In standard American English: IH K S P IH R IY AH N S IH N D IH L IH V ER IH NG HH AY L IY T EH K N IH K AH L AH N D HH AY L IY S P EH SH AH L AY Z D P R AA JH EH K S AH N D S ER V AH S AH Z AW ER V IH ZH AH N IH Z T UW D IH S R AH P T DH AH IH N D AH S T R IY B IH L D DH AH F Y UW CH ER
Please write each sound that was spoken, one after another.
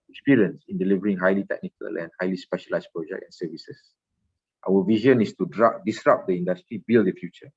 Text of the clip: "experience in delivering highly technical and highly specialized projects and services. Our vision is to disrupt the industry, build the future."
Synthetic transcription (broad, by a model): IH K S P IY R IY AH N S IH N D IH L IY V ER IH NG HH AY L IY T EH K N IH K AH L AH N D HH AY L IY S P EH SH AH L AY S P R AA JH EH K AH N S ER V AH S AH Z AW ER V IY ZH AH N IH S T UW D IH S R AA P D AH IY N D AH S T R IY B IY L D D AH F Y UW CH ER